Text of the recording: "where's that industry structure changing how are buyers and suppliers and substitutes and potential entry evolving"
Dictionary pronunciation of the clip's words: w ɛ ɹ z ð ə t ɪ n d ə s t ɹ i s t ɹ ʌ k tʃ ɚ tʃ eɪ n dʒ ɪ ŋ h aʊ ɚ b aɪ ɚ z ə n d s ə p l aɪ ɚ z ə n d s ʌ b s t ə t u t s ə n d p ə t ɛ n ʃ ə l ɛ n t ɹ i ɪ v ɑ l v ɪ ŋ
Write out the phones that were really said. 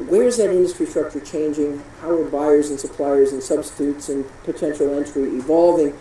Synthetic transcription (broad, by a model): w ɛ ɹ z ð ə t ɪ n d ə s t ɹ i s t ɹ ʌ k tʃ ɚ tʃ eɪ n dʒ ɪ ŋ h aʊ ɚ b aɪ ɚ z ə n s ə p l aɪ ɚ z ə n s ʌ b s t ə t u t s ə n p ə t ɛ n ʃ l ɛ n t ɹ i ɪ v ɑ l v ɪ ŋ